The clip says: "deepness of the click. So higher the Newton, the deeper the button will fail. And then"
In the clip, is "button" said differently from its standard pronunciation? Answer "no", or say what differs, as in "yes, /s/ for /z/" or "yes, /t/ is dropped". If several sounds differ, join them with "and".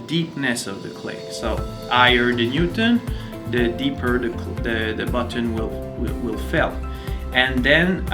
yes, /l/ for /n/